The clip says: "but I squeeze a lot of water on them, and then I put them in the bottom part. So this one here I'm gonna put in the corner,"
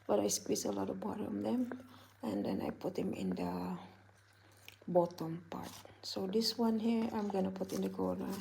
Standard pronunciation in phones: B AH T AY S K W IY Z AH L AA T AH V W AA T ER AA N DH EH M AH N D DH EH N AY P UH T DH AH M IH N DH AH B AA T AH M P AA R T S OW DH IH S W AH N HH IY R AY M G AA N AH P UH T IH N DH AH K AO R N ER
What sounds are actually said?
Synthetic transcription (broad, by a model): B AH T AY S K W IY S AH L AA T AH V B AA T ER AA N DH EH M AH N D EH N AY P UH T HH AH M IH N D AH B AA T AH M P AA R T S OW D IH S W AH N HH IY R AY M G AA N AH P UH T IH N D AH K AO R N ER